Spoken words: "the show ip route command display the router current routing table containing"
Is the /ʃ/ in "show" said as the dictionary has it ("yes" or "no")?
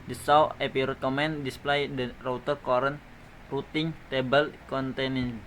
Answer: no